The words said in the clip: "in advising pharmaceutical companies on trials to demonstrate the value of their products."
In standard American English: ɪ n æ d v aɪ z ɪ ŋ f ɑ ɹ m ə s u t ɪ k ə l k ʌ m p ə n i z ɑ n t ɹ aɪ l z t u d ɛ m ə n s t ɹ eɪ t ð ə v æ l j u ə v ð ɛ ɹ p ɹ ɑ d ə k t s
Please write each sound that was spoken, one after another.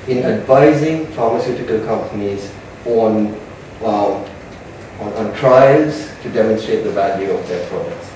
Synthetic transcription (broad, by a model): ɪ n æ d v aɪ z ɪ ŋ f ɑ ɹ m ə s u t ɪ k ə l k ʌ m p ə n i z ɑ n t ɹ aɪ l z t u d ɛ m ə n s t ɹ eɪ t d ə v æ l j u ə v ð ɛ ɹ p ɹ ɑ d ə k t s